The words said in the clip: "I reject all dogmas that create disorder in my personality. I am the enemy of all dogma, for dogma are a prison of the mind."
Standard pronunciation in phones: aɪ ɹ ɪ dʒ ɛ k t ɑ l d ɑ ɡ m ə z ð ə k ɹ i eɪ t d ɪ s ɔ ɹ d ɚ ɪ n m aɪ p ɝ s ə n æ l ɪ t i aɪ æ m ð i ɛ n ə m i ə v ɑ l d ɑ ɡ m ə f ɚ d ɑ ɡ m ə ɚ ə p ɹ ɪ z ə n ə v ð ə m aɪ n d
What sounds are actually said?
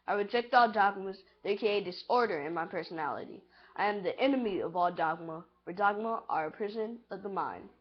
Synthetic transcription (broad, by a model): aɪ ɹ ɪ dʒ ɛ k t ɑ l d ɑ ɡ m ə z ð ə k i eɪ d ɪ s ɔ ɹ d ɚ ɪ n m aɪ p ɝ s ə n æ l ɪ t i aɪ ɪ m ð i ɛ n ə m i ə v ɑ l d ɑ ɡ m ə f ɚ d ɑ ɡ m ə ɚ ə p ɹ ɪ z ə n ə v ð ə m aɪ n